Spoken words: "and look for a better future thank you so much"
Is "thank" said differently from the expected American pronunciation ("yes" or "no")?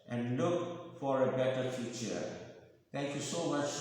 yes